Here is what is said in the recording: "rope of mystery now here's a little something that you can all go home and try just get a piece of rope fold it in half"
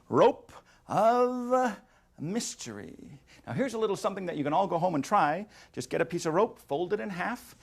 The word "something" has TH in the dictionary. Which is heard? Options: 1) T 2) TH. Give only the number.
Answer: 2